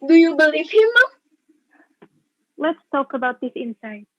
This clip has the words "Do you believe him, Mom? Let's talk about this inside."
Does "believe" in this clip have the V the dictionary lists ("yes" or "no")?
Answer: no